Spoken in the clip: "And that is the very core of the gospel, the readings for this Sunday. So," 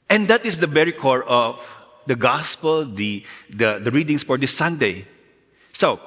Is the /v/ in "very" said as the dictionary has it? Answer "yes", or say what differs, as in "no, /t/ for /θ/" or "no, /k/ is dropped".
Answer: no, /b/ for /v/